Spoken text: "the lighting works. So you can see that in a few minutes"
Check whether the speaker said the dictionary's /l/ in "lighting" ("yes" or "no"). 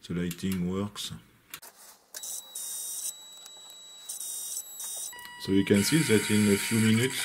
yes